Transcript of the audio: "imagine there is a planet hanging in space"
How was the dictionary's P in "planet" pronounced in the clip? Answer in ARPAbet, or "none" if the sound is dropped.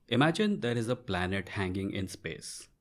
P